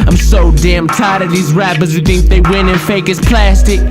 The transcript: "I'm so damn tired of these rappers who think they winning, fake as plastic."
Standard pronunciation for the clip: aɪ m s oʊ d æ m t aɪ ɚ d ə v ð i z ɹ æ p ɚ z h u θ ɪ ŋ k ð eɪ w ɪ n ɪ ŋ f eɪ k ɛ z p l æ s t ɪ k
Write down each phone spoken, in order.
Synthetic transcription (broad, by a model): aɪ m s oʊ d æ m t aɪ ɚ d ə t ð i z ɹ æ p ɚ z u θ ɪ ŋ k ð eɪ w ɪ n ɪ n f eɪ k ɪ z p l æ s t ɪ k